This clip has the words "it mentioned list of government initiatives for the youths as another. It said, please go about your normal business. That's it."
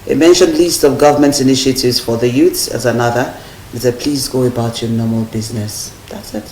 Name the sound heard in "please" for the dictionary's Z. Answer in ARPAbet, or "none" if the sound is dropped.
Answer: Z